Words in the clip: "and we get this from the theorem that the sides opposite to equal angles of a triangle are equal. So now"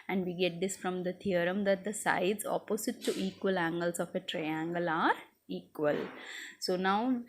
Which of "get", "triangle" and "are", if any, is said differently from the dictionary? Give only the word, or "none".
none